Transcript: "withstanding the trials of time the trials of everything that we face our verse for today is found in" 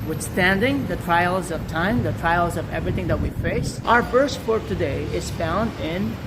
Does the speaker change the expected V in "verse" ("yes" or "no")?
yes